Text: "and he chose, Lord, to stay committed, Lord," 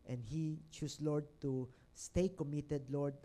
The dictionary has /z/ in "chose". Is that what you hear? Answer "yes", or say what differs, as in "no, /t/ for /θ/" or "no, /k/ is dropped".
no, /s/ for /z/